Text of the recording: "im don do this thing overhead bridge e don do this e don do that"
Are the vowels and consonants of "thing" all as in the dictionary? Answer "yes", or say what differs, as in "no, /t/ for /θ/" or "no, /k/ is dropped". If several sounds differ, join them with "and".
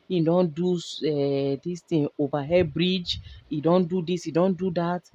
no, /t/ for /θ/